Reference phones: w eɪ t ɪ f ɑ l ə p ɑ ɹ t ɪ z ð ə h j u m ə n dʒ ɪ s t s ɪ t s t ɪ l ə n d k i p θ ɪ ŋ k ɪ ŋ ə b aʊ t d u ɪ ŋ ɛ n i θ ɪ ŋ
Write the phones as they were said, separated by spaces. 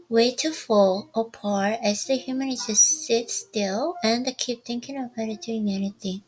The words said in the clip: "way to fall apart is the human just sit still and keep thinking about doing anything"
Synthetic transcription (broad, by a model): w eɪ t ɪ f ɑ l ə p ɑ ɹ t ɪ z ð ə h j u m ə n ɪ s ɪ s ɪ t s t ɪ l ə n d k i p t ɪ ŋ k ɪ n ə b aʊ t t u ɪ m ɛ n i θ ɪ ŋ